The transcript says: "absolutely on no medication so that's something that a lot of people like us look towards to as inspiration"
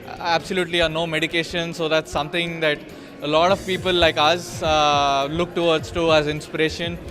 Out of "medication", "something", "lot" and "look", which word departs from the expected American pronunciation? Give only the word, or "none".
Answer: something